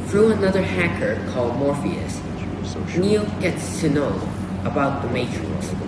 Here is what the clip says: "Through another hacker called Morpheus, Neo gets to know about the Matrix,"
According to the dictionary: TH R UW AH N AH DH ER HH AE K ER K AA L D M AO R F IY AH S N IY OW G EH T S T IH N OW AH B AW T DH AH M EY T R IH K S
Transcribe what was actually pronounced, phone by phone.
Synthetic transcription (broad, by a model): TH R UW AH N AH DH ER HH AE K ER K AA L D M AO R F IY AH S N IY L G EH T S T IH N OW AH B AW T DH AH M EY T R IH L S